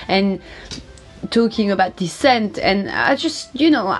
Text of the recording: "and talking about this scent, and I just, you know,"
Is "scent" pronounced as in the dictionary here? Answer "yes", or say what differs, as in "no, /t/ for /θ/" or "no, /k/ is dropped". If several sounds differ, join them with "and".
yes